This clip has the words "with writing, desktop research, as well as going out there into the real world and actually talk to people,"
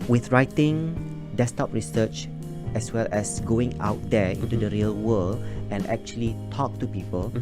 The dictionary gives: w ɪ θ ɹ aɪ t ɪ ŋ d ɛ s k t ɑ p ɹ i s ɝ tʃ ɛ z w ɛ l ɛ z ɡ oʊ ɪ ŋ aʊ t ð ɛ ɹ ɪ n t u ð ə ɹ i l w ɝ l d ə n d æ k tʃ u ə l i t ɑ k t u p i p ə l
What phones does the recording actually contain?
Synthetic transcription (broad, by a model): w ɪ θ ɹ aɪ t ɪ ŋ d ɛ s t ɑ p ɹ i s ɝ tʃ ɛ s w ɛ l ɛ s ɡ oʊ ɪ ŋ aʊ t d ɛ ɪ n t u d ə ɹ i l w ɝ l ə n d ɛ k tʃ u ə l i t ɑ k t u p i p ə l